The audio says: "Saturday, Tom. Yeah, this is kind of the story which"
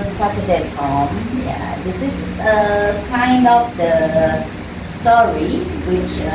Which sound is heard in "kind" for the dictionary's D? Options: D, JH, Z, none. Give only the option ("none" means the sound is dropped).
D